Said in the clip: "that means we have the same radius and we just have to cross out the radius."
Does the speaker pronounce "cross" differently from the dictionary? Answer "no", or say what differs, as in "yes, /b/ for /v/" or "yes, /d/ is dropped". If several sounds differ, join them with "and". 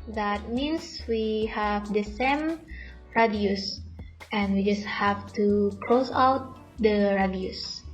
yes, /l/ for /ɹ/